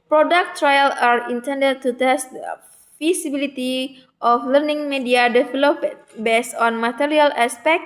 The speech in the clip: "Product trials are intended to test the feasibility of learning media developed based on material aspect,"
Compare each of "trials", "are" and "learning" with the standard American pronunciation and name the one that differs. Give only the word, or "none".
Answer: trials